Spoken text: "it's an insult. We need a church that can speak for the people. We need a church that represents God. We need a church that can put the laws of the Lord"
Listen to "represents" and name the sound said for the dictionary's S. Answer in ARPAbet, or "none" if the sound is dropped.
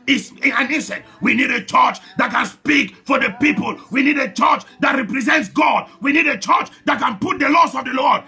S